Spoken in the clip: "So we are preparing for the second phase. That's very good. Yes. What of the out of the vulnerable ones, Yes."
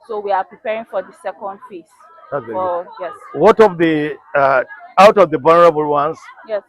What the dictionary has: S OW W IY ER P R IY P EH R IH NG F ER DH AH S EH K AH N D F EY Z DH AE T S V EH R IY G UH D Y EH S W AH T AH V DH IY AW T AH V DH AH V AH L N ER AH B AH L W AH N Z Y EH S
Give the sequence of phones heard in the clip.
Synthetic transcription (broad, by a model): S OW W IY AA P R IY P EH R IH NG F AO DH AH S EH K AH N D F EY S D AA IY Y EH S W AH T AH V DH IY AW T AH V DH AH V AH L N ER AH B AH L W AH N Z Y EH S